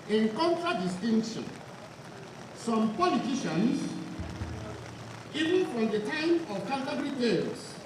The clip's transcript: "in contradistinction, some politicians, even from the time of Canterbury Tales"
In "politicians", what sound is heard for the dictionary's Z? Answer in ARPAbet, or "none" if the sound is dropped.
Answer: S